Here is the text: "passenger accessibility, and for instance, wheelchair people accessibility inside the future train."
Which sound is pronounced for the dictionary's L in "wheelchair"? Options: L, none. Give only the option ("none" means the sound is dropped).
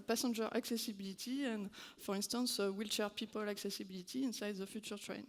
L